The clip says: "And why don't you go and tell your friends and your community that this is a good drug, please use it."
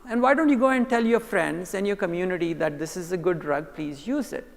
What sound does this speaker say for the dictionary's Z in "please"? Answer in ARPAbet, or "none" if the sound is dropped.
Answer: Z